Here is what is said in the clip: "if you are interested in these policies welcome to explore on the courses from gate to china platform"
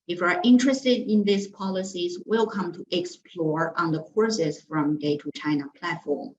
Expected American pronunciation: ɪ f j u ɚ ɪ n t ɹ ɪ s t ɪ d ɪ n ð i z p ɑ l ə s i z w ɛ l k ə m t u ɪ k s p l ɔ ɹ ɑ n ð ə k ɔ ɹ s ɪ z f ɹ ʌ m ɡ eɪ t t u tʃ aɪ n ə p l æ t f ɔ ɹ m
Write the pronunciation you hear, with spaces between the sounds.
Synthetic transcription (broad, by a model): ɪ f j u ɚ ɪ n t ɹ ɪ s t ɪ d ɪ n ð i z p ɑ l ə s i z w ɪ l k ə m t u ɪ k s p l ɔ ɹ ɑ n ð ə k ɔ ɹ s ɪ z f ɹ ʌ m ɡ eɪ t t u tʃ aɪ n ə p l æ t f ɔ ɹ m